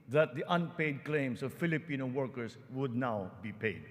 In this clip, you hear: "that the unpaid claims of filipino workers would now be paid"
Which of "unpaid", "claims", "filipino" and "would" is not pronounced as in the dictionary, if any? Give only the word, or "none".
claims